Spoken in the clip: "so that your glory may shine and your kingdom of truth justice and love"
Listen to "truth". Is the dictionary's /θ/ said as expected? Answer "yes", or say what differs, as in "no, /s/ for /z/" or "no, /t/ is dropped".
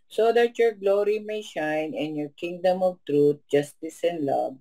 no, /t/ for /θ/